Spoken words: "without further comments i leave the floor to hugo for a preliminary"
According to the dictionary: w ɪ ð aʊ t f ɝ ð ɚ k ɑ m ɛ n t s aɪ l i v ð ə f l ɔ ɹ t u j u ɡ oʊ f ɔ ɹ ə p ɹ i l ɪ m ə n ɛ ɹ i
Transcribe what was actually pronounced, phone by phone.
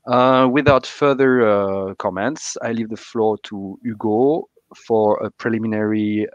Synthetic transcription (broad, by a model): w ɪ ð aʊ t f ɝ ð ɚ k ɑ m ɛ n t s aɪ l i v ð ə f l ɔ ɹ t u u ɡ oʊ f ɔ ɹ ə p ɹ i l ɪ m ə n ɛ ɹ i